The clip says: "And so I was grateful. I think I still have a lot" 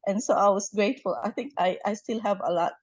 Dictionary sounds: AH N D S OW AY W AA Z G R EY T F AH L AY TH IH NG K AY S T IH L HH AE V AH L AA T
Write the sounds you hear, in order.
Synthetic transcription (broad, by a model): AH N S OW AY W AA S G R EY T F AH L AY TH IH NG K AY S T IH L HH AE V AH L AA T